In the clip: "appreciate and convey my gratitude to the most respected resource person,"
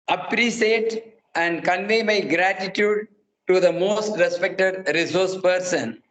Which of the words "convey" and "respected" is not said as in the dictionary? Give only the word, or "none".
none